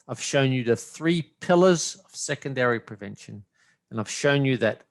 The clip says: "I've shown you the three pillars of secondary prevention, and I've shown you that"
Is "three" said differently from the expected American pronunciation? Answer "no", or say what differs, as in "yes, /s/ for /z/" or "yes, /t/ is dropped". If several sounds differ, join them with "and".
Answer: no